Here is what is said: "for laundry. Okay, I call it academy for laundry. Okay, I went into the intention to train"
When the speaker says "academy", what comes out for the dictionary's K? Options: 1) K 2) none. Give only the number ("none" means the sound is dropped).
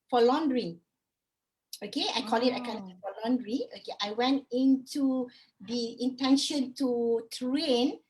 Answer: 2